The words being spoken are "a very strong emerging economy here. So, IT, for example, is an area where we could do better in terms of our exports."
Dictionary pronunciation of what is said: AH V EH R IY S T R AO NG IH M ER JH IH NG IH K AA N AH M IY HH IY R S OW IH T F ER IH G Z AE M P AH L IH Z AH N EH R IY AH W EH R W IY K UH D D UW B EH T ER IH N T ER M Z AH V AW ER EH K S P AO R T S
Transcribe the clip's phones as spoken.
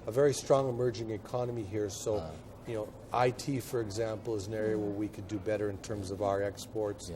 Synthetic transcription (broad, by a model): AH V EH R IY S T R AO NG IH M ER JH IH NG IH K AA N AH M IY HH IY R S OW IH T F ER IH G Z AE M P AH L IH Z AH N EH R IY AH W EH R W IY K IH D D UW B EH T ER IH N T ER M Z AH V AW ER EH K S P AO R T S